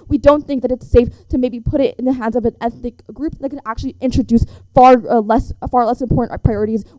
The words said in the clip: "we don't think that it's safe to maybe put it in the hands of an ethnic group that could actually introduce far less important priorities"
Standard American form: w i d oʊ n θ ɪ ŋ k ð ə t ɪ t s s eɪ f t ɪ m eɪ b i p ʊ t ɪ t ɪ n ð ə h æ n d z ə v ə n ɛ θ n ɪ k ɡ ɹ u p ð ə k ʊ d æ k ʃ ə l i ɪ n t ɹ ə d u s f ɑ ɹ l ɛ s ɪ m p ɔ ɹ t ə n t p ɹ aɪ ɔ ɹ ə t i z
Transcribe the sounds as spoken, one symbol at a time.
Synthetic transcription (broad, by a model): w i d oʊ n θ ɪ ŋ k ð ə t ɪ t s s eɪ f t ɪ m eɪ b i p ʊ t ɪ t ɪ n ð ə h æ n d z ə v ə n ɛ θ n ɪ k ɡ ɹ u p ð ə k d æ k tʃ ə l i ɪ n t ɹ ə d u s f ɑ ɹ l ɛ s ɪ m p ɔ ɹ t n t p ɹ aɪ ɔ ɹ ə t i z